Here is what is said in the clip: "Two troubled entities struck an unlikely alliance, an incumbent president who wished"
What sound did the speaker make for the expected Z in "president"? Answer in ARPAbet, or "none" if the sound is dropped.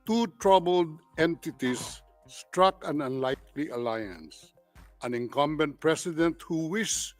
S